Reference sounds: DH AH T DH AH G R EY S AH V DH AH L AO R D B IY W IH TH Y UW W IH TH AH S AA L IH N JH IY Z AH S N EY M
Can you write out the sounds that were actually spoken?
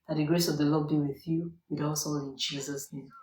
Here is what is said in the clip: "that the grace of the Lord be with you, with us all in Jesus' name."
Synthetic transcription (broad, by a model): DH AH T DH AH G R EY S AH V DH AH L AO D B IY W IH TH Y UW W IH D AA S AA N IH N JH IY Z AH S N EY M